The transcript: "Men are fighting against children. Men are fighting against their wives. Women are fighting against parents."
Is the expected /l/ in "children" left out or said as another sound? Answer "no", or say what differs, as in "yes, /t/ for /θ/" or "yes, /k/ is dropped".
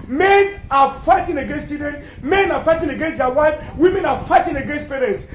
yes, /l/ is dropped